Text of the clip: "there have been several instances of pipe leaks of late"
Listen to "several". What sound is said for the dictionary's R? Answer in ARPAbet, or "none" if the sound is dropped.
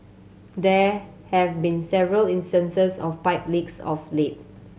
R